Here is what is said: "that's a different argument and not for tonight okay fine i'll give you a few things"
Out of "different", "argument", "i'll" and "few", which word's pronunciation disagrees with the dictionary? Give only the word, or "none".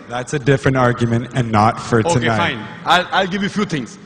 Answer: none